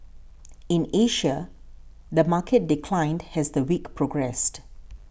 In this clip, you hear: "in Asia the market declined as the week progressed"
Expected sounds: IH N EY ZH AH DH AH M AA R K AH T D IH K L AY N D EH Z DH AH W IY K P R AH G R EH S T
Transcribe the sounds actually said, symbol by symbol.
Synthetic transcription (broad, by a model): IH N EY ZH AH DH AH M AA K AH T D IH K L AY N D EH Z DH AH W IY K P R AH G R EH S T